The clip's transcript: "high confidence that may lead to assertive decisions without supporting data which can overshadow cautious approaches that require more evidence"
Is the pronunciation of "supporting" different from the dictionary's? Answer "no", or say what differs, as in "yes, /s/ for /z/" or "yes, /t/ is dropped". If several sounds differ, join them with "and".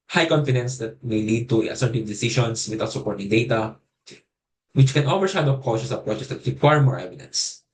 no